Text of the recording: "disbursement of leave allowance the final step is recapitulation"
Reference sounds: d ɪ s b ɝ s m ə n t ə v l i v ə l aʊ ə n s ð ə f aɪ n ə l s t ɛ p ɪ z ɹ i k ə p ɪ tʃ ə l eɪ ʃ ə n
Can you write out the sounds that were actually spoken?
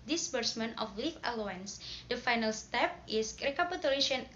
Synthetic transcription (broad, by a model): d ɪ s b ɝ s m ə n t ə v l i f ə l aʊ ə n s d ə f aɪ n ə l s t ɛ p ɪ s ɹ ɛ k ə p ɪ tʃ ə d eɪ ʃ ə n